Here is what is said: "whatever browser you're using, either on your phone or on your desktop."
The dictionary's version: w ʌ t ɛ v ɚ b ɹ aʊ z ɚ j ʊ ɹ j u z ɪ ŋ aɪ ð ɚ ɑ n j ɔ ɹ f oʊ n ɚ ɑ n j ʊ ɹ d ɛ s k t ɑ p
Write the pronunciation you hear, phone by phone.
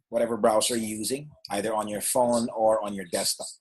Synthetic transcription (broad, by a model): w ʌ t ɛ v ɚ b ɹ aʊ s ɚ j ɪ j u z ɪ ŋ aɪ ð ɚ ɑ n j ɔ ɹ f oʊ n ɚ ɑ n j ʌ ɹ d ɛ s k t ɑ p